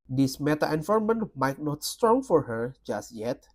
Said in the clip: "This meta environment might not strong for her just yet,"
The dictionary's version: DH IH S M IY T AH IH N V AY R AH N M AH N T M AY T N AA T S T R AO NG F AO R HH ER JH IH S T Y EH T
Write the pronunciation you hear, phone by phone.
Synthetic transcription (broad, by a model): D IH S M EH T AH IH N F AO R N M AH N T M AY T N AA T S T R AO NG F AO R HH ER JH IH S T Y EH T